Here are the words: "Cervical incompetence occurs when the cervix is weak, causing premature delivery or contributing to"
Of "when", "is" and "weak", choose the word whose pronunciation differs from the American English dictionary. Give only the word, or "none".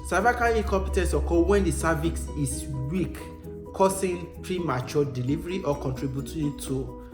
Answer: is